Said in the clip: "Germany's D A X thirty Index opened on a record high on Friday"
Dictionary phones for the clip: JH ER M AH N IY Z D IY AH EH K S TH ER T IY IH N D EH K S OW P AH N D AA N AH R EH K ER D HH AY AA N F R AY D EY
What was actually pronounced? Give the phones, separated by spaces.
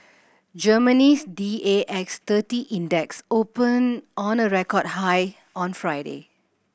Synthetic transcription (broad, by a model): JH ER M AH N IY S D IY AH EH K S T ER T IY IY N D EH K S OW P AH N AA N AH R EH K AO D HH AY AA N F R AY D EY